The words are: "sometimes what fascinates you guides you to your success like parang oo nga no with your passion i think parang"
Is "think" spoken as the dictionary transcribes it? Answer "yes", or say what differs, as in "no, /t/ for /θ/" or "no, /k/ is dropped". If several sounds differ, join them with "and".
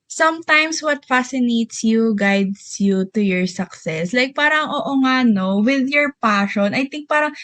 no, /t/ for /θ/